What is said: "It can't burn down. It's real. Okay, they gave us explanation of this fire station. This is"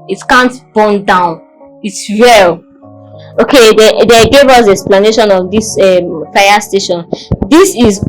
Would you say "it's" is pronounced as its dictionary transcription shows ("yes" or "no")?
yes